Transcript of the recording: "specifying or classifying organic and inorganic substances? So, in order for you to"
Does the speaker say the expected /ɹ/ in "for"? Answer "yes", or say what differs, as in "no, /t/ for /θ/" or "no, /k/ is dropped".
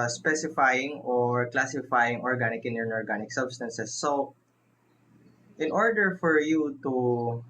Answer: yes